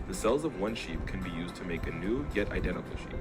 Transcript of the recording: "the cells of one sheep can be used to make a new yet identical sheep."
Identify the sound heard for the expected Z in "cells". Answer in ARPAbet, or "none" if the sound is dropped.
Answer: Z